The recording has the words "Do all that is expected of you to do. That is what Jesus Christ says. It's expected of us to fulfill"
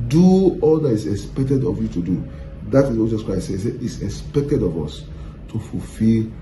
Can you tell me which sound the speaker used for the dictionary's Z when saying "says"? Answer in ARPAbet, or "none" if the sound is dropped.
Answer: none